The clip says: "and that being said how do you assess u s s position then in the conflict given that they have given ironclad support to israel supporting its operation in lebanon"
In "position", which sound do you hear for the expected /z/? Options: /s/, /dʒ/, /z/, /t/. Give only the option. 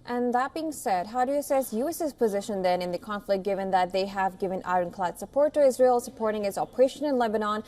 /z/